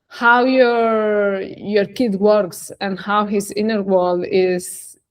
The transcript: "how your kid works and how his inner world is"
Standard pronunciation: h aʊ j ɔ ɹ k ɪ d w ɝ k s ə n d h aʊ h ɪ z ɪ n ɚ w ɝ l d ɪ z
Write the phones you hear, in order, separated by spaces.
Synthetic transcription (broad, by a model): h aʊ j ɔ ɹ k ɪ d w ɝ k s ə n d h aʊ h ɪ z ɪ n ɚ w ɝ l ɪ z